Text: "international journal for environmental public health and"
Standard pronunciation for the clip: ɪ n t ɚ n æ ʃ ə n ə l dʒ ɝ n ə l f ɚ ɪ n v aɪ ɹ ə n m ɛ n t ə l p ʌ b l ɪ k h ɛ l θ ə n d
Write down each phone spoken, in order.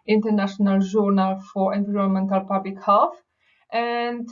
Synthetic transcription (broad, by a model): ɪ n t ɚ n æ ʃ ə n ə l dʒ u n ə l f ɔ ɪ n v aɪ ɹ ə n m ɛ n t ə l p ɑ b l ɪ k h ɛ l f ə n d